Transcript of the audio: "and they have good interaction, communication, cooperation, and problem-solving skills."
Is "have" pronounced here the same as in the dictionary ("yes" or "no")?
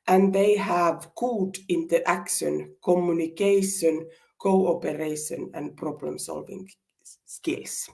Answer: yes